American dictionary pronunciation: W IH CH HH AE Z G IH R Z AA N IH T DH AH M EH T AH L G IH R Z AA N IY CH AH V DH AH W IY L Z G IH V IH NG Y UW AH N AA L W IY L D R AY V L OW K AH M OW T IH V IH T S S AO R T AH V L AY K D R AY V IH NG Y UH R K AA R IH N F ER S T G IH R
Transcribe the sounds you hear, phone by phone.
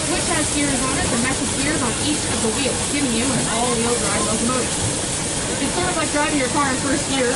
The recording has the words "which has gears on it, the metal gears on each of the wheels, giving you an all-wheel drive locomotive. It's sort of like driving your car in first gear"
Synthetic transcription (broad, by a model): W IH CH HH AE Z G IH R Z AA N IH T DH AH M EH S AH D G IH R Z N IY CH AH V DH AH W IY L G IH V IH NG Y UW AH N AA L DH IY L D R AY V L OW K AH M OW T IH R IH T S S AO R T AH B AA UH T D R AY V IH NG Y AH R K AA R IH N F ER S T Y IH R